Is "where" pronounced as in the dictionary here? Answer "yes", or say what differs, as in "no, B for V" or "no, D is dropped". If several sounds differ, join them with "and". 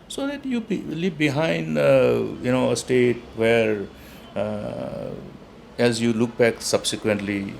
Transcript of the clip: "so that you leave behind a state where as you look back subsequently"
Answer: yes